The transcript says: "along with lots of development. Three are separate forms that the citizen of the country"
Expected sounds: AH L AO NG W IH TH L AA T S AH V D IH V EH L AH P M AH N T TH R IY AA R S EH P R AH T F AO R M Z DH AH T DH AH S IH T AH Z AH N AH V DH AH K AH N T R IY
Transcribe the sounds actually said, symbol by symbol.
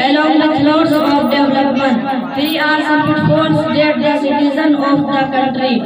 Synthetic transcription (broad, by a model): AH L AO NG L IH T L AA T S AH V D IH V L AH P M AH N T F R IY AA R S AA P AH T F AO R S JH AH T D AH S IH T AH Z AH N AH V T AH K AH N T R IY